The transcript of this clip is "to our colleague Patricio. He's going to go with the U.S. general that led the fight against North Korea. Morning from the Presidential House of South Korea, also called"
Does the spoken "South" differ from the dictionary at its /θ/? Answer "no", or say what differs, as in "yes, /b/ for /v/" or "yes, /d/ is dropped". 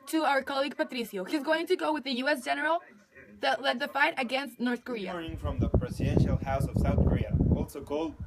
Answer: no